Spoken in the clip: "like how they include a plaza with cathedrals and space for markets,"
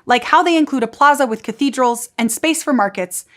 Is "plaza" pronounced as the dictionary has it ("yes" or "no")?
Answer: yes